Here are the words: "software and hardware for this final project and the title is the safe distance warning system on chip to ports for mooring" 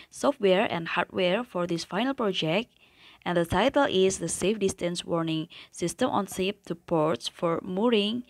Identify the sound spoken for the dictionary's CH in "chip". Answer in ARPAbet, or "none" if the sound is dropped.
S